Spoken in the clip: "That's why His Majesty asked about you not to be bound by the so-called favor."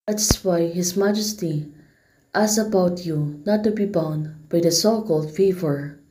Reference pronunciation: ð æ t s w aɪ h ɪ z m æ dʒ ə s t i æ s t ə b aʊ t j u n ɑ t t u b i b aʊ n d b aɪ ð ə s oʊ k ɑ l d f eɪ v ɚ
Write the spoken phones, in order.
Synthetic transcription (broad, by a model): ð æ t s w aɪ h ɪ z m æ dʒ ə s t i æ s ə b aʊ t j u n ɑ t t u b i b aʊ n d b aɪ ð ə s oʊ k ɑ l d f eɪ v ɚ